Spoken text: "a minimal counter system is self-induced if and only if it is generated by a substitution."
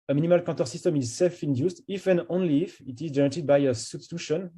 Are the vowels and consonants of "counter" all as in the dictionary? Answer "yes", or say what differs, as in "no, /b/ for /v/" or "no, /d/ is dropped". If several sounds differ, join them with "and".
no, /n/ is dropped